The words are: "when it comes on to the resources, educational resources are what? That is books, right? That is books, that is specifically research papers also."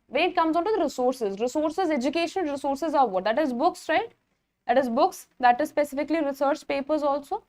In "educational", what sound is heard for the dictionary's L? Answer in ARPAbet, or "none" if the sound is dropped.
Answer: N